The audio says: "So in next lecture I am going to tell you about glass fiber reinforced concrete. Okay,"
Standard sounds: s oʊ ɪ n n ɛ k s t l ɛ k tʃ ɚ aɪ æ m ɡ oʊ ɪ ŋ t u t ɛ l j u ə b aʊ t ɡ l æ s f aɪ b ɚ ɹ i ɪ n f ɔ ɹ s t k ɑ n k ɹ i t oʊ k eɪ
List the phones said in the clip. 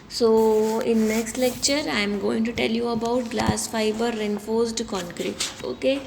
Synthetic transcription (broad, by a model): s oʊ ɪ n n ɛ k s t l ɛ k tʃ ɚ aɪ m ɡ oʊ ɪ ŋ t u t ɛ l j u ə b aʊ t ɡ l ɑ s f aɪ b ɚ ɹ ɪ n f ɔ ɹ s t k ɑ n k ɹ i t oʊ k eɪ